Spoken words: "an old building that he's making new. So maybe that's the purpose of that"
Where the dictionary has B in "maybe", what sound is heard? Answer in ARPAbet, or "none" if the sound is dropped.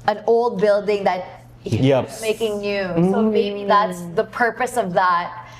none